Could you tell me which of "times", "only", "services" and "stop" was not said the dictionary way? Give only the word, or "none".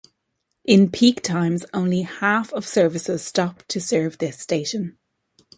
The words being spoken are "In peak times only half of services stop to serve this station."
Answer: none